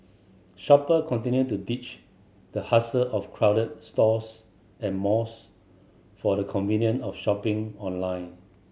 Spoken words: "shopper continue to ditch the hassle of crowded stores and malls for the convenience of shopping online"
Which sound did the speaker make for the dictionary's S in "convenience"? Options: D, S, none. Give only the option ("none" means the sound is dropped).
none